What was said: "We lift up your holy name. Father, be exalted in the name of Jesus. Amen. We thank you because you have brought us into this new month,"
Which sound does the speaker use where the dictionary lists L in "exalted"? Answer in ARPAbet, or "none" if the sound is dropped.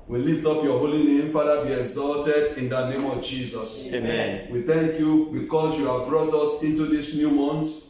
L